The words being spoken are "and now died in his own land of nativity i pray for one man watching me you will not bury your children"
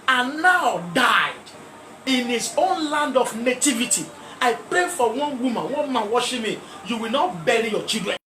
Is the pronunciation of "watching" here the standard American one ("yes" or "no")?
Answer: no